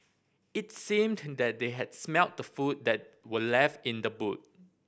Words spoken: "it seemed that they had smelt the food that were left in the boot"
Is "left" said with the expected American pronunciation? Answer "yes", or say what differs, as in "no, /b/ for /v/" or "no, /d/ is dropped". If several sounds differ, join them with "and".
yes